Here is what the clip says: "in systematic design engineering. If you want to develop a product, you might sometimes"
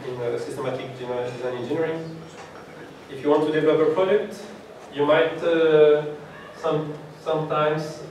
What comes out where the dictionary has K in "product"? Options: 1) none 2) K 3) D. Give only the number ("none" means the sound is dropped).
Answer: 2